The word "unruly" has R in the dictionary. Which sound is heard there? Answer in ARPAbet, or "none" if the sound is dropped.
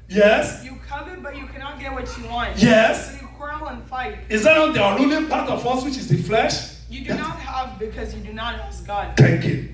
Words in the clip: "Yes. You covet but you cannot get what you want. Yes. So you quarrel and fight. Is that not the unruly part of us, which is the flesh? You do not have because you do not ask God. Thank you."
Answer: none